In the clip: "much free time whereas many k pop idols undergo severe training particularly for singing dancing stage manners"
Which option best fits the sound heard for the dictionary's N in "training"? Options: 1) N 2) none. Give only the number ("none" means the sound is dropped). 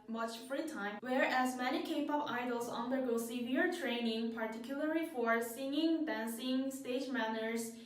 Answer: 1